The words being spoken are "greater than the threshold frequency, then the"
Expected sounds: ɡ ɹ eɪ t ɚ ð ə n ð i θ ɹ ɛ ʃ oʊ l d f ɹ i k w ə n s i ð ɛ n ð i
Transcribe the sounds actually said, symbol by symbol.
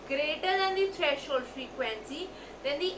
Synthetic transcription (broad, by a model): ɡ ɹ eɪ t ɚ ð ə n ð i t ɹ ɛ ʃ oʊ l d f ɹ i k w ə n s i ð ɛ n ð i